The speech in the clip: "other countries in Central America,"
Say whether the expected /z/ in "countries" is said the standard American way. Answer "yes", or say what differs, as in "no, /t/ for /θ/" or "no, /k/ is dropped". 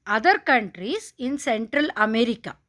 no, /s/ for /z/